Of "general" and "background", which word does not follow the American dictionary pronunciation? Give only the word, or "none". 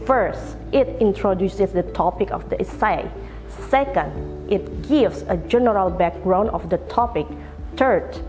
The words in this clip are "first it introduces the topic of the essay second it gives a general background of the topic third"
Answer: background